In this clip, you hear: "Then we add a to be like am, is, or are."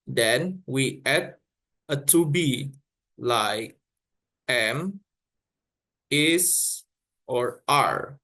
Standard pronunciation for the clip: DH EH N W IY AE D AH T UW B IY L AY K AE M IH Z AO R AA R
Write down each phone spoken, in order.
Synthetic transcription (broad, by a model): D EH N W IY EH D AH T UW B IY L AY K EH M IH S AO R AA R